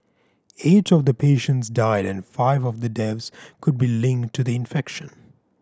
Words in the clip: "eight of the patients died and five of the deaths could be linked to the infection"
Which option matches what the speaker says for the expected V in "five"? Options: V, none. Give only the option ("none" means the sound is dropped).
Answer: V